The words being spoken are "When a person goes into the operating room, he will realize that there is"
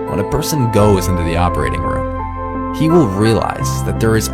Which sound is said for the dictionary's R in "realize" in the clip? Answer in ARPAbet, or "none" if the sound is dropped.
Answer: R